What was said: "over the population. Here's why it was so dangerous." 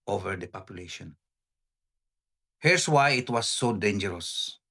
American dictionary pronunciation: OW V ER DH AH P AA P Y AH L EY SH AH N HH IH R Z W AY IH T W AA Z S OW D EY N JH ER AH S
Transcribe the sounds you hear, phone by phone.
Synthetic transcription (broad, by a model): OW V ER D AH P AA P Y AH L EY SH AH N HH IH R S W AY IH T W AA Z S OW D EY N JH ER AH S